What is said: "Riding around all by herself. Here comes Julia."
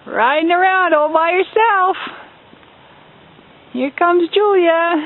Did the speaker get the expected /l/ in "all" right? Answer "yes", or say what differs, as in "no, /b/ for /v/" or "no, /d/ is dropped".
yes